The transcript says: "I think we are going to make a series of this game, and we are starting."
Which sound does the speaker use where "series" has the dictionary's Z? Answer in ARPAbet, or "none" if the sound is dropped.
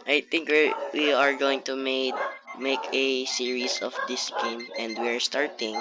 S